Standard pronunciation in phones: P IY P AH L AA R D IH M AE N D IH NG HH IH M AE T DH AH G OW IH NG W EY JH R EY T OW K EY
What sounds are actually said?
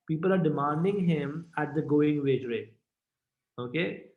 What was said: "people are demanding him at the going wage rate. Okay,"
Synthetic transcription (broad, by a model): P IY P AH L AA R D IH M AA N D IH NG HH IH M AE T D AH G OW IH NG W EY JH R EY OW K EY